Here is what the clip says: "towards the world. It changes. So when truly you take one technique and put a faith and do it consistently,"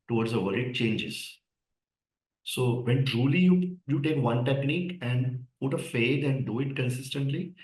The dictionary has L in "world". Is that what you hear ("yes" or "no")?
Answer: no